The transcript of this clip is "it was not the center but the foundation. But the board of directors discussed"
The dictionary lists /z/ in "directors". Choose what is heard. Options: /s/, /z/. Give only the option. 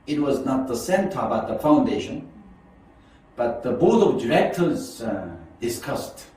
/z/